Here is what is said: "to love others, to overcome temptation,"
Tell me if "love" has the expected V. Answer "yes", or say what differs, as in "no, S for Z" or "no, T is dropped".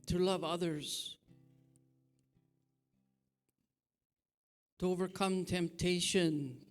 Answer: yes